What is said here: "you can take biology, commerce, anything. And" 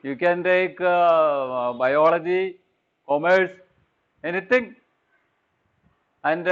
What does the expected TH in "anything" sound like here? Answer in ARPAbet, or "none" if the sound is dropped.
T